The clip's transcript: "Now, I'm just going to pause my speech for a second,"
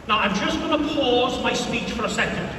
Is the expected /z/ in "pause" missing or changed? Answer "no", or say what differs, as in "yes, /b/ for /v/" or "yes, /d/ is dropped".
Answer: no